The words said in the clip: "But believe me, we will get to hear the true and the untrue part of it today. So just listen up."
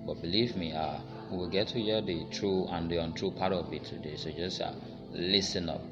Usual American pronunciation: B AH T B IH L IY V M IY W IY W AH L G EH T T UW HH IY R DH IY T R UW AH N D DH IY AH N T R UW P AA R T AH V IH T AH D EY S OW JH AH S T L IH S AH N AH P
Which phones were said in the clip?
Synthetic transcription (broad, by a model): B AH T B IH L IY V M IY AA W AH L G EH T T UW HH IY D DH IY T R UW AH N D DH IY AH N T R UW P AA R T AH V IH T AH D EY S OW JH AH S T L IH S AH N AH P